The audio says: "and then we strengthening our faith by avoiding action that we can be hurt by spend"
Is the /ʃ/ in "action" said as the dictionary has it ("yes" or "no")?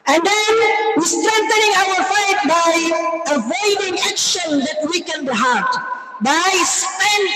yes